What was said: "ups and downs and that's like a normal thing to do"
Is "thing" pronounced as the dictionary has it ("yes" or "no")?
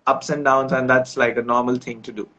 no